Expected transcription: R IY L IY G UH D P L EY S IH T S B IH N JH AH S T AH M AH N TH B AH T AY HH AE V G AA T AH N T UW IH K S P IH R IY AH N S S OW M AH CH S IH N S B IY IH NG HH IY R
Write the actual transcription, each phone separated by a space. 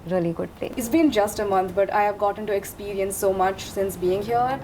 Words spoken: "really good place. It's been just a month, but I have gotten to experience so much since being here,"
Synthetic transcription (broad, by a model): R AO L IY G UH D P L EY IH T S B IH N JH AH S T AH M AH N T B AH T AY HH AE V G AA T AH N T UW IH K S P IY R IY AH N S S OW M AH CH S IH N S B IY IH NG HH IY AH